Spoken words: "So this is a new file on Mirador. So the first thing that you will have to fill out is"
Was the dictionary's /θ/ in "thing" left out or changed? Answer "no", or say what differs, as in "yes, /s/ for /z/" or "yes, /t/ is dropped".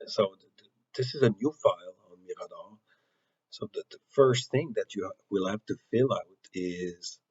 no